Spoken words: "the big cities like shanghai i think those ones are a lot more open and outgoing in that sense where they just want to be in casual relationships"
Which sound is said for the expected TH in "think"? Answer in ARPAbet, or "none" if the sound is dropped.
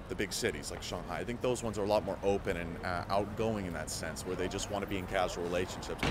TH